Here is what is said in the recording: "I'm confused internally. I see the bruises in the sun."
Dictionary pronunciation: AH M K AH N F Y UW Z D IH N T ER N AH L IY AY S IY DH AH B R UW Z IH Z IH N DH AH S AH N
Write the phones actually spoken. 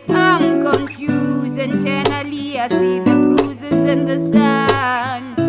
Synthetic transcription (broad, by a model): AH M K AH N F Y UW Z IH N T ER N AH L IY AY S IY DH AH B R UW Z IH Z IH N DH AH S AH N